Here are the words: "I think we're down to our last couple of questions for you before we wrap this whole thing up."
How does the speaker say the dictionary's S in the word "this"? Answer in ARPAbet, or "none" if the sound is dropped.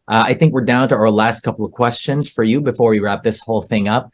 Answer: S